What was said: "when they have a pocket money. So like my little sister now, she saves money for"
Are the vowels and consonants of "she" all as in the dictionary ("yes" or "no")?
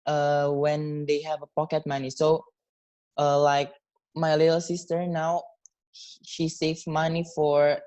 yes